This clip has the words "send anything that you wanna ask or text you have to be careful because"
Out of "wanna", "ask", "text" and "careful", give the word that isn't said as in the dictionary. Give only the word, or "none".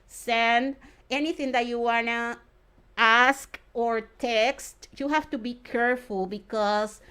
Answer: none